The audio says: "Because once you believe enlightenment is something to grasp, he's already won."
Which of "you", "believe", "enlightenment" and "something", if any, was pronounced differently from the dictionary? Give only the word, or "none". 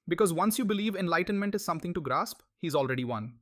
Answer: something